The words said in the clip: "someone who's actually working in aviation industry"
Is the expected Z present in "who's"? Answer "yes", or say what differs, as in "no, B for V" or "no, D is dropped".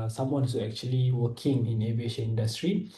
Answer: no, Z is dropped